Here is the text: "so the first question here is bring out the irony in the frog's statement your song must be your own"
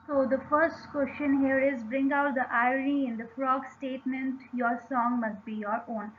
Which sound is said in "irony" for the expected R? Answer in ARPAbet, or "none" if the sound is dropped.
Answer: none